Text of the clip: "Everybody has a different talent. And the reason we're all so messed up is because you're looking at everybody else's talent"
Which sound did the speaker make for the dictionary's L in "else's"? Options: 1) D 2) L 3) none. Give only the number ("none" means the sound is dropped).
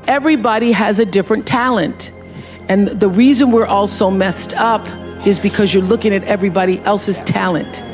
2